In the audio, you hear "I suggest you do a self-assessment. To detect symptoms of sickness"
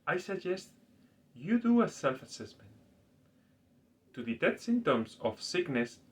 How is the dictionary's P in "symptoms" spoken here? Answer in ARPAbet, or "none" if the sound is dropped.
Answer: none